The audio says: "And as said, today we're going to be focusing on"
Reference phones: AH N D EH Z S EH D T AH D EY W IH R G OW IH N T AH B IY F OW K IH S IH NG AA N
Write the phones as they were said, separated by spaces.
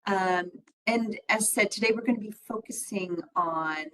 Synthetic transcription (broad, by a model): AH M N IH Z S EH D T AH D EY W IH R G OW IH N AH B IY F OW K IH S IH NG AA N